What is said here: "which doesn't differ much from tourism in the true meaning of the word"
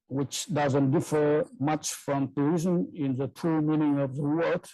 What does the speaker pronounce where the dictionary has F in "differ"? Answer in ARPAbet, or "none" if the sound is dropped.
F